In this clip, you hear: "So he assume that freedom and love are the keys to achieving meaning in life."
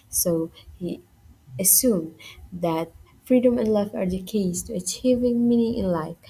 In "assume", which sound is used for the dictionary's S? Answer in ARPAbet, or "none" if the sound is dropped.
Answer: S